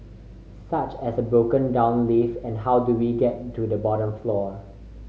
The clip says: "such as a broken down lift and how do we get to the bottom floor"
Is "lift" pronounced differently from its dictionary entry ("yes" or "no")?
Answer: yes